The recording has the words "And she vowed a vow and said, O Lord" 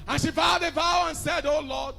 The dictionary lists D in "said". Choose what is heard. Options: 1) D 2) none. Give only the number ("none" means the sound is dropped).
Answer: 1